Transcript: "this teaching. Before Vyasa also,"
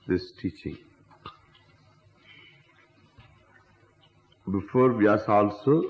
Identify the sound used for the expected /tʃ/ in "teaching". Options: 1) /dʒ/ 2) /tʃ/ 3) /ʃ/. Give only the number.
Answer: 2